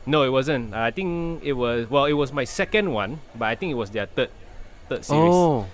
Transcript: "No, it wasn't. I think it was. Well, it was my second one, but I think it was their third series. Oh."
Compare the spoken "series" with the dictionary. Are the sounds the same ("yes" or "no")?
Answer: no